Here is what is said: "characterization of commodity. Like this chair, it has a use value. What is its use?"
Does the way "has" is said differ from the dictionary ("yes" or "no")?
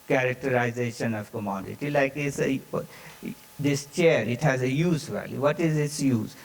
no